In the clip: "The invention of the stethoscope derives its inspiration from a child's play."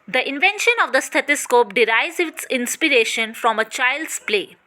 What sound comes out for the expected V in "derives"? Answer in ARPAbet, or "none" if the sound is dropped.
none